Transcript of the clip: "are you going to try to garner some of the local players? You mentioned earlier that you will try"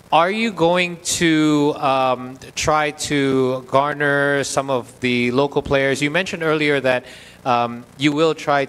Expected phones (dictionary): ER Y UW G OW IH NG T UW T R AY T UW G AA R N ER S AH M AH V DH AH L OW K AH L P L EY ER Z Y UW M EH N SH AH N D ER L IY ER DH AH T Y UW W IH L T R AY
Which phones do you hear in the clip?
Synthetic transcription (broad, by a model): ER Y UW G OW IH NG T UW T R AY T UW G AA R N ER S AH M AH V DH AH L OW K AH L P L EY ER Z Y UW M EH N SH AH N D ER L IY ER DH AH T Y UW W IH L T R AY